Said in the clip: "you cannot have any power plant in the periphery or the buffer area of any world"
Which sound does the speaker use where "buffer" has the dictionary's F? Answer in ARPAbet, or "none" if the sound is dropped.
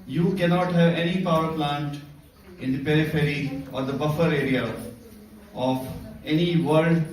F